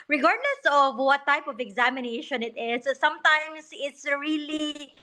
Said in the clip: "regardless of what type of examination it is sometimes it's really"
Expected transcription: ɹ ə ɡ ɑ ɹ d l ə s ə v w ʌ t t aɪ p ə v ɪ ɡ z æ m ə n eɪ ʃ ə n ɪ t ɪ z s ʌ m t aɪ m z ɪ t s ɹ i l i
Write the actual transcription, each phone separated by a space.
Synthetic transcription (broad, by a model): ɹ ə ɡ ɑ ɹ d l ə s ə v w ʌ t t aɪ p ə v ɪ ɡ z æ m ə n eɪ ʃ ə n ɪ t ɪ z s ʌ m t aɪ m s ɪ t s ɹ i l i